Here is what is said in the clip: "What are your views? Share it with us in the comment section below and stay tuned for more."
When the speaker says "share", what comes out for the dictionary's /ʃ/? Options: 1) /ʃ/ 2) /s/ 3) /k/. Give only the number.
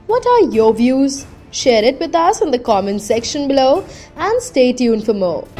1